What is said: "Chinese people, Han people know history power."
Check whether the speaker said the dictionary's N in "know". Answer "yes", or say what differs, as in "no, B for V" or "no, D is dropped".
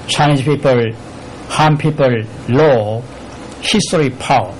no, L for N